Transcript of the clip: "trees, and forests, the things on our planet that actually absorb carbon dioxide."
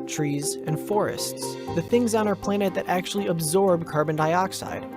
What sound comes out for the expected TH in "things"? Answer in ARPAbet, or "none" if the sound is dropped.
TH